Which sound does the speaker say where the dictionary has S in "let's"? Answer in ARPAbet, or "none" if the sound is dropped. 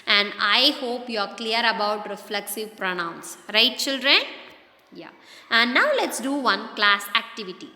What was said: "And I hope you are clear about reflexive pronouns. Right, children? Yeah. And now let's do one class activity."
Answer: S